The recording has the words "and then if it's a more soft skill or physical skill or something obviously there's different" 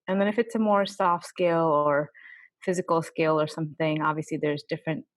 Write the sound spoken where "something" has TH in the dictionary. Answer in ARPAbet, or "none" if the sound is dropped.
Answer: TH